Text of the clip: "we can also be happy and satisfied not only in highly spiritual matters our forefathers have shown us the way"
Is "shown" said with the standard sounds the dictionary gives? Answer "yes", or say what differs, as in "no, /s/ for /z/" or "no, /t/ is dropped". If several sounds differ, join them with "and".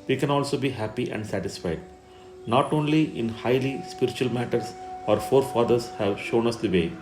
yes